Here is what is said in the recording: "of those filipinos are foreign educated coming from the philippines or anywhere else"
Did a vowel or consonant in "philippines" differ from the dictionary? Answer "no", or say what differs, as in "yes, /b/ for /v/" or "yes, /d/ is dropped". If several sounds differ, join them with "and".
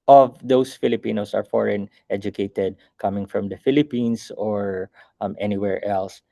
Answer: yes, /s/ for /z/